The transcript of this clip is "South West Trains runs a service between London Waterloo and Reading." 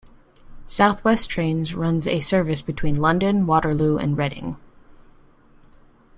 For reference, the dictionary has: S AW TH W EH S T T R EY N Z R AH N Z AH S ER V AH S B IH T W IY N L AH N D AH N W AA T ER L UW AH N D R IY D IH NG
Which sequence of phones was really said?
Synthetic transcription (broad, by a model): S AW TH W EH S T T R EY N Z R AH N Z AH S ER V AH S B IH T W IY N L AH N D AH N W AA T ER L UW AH N R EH D IH NG